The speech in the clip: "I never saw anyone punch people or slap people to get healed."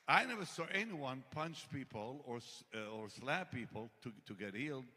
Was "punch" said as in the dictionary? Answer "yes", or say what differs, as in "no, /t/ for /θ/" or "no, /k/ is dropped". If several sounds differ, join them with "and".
yes